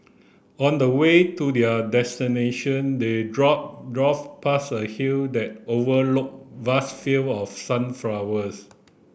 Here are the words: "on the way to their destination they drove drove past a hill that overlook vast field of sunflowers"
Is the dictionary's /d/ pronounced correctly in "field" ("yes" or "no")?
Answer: no